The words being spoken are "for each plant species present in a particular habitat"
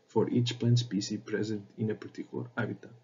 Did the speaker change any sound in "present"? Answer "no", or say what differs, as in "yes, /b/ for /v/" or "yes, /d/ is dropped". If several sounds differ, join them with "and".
no